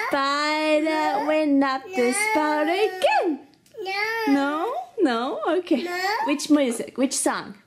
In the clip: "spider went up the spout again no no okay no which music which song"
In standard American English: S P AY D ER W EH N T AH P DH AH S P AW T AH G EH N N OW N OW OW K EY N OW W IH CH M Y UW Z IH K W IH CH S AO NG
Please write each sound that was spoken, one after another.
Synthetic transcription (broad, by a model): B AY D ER W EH N AH P DH AH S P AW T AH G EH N N OW N OW OW K EY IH W IH CH M Y UW Z IH K W IH CH S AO NG